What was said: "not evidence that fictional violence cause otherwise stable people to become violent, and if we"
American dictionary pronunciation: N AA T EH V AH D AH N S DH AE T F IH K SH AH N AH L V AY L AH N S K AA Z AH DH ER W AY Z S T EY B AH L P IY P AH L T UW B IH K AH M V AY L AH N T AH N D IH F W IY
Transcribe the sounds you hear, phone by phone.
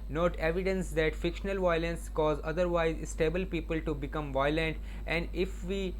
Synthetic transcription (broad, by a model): N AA T EH V AH D AH N S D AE T F IH K SH AH N AH L V AY L AH N S K AA Z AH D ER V AY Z S T EY B AH L P IY P AH L T UW B IH K AH M V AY L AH N T AH N D IH F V IY